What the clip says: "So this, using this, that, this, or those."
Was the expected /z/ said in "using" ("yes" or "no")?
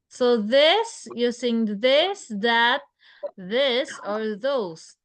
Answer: no